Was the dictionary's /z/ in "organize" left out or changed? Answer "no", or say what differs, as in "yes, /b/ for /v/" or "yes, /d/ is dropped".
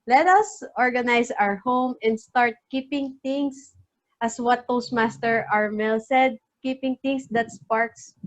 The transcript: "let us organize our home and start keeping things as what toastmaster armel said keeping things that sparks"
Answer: yes, /s/ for /z/